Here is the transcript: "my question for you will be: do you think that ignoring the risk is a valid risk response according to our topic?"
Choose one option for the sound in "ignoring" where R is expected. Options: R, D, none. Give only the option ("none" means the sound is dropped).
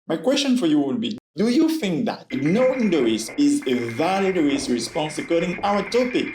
none